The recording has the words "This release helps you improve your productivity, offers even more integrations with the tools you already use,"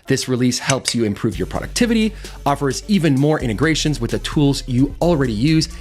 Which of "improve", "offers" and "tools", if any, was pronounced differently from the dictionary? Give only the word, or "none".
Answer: none